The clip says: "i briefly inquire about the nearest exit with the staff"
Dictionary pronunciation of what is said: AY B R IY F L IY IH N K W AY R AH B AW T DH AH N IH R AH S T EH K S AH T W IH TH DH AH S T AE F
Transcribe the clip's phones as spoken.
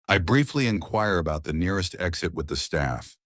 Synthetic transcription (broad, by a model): AY B R IY F L IY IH N K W AY R AH B AW T DH AH N IH R AH S T EH K S AH T W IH DH AH S T AE F